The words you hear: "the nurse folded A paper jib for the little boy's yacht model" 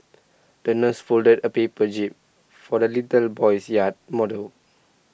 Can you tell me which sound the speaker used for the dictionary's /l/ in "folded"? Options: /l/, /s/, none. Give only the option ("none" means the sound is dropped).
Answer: /l/